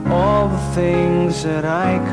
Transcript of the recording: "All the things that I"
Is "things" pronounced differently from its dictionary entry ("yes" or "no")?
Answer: no